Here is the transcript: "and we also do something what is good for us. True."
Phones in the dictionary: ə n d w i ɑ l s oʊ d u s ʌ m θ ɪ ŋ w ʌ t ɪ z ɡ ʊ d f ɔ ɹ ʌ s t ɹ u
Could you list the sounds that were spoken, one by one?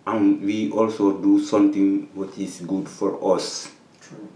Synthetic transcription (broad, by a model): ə n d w i ɑ l s oʊ d u s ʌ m t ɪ ŋ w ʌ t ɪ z ɡ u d f ɔ ɹ ʌ s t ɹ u